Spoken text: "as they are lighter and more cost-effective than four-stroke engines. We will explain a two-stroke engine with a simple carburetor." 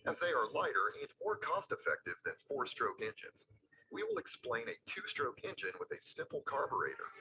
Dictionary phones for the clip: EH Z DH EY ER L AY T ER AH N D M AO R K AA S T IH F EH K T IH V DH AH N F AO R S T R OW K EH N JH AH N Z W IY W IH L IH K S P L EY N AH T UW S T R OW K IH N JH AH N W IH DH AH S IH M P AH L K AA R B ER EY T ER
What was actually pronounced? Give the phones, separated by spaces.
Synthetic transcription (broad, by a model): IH Z DH EY ER L AY T ER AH N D M AO R K AA S T IH F EH K T IH V DH AH N F AO R S T R OW K EH N JH AH N Z W IY W IH L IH K S P L EY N AH T UW S T R OW K IH N JH AH N W IH DH AH S IH M P L K AA R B ER EY T ER